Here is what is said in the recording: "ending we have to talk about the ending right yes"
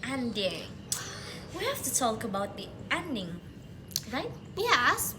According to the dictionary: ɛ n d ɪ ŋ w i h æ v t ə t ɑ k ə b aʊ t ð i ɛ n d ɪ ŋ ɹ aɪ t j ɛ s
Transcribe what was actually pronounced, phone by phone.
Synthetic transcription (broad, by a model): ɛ n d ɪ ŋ w i h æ f t ə t ɑ k ə b aʊ t ð i ɛ n d ɪ ŋ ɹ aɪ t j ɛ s